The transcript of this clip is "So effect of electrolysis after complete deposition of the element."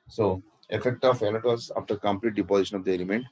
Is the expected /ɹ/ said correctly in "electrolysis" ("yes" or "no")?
no